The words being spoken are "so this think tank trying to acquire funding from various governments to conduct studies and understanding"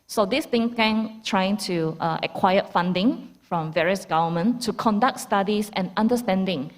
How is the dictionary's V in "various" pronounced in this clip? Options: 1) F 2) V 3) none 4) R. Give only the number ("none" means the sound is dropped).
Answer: 2